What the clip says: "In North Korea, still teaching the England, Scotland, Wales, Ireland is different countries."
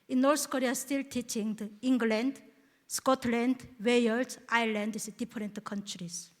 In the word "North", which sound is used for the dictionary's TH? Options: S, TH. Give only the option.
S